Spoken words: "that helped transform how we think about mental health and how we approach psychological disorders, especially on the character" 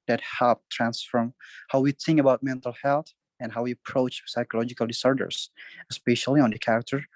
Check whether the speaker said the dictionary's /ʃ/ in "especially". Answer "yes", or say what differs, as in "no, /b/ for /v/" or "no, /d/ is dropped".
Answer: yes